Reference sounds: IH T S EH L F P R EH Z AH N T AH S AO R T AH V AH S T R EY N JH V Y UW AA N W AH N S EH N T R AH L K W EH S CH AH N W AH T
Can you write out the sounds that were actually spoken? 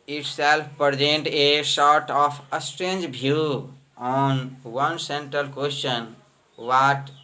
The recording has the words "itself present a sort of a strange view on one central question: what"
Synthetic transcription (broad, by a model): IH T S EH L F P R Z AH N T AH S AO R T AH P AH S T R EY N JH B Y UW AA N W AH N S EH N T R AH L K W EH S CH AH N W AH T